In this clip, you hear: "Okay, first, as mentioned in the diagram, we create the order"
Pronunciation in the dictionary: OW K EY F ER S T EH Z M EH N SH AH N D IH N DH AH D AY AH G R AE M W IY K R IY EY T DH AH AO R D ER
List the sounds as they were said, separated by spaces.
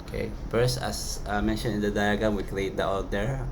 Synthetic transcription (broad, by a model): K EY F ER S T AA S M EH N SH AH N IH N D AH D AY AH G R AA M W IY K L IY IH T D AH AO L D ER